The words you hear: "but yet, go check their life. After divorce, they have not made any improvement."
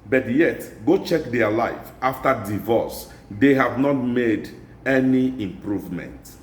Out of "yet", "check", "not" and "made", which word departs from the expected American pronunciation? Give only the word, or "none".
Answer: none